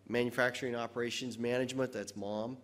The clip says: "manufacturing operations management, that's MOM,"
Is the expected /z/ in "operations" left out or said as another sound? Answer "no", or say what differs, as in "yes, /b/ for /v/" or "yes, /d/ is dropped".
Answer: no